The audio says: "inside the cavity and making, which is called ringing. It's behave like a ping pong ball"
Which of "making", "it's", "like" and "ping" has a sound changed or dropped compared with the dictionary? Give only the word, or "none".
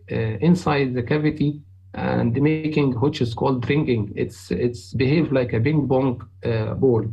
ping